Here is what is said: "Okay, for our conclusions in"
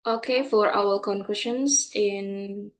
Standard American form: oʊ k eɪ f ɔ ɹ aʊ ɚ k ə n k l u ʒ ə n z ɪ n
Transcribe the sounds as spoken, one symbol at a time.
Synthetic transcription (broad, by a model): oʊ k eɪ f ɔ ɹ aʊ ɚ k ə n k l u ʃ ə n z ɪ n